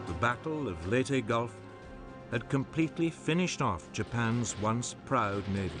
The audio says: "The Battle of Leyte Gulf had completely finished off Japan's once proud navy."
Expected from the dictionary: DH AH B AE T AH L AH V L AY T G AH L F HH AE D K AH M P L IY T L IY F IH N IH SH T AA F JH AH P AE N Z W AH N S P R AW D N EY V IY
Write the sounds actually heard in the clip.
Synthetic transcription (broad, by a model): DH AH B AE T L AH V L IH T G AH L F HH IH D K AH M P L IY T L IY F IH N IH SH T AA F JH AH P AE N Z W AH N S P R AW D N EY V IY